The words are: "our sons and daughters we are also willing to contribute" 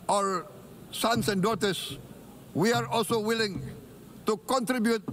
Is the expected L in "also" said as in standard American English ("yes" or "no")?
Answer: yes